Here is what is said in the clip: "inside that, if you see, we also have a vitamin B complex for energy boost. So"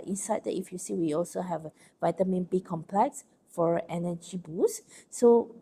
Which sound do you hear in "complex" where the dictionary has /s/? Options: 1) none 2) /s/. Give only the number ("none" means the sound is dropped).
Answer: 2